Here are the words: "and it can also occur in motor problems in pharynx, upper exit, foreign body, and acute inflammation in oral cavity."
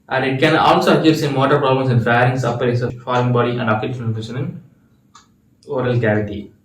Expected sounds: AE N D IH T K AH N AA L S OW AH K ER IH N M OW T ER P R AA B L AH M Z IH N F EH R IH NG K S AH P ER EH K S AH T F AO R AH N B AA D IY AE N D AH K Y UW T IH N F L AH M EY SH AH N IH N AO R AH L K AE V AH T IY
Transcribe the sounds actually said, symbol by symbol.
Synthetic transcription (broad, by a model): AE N D IH T K AH N AA L S OW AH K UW IH N M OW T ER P R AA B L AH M S IH N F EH R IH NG S AH P ER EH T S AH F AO R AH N B AA D IY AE N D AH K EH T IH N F AH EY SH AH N IH N AO R AH L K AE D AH T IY